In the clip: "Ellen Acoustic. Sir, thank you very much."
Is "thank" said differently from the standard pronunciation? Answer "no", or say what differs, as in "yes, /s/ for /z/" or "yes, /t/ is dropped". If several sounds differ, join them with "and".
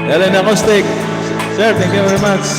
yes, /t/ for /θ/